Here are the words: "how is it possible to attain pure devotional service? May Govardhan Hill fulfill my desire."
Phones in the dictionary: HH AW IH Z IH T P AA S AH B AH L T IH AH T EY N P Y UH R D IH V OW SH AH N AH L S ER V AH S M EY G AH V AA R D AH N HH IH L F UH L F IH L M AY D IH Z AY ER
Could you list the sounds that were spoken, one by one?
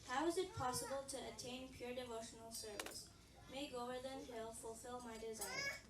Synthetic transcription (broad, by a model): HH AW IH Z IH T P AA S AH B AH L T IH AH T EY N P Y UH R D IH V OW SH AH N AH L S ER V AH S M EY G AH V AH R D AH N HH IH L F UH L F IH L M AY D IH Z AY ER